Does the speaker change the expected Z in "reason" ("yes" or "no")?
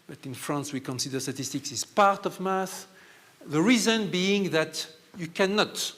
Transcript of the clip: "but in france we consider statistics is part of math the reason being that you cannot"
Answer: no